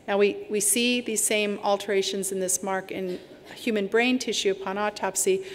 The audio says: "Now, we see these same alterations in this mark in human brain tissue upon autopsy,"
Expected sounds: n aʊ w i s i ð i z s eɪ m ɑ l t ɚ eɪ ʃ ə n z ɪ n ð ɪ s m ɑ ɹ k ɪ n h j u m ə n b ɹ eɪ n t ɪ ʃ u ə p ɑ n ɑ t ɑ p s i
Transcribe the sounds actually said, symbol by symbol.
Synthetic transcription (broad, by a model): n aʊ w i s i ð i z s eɪ m ɑ l t ɚ eɪ ʃ ə n z ɪ n ð ɪ s m ɑ ɹ k ɪ n h j u m ə n b ɹ eɪ n t ɪ ʃ u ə p ɑ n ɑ t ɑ p s i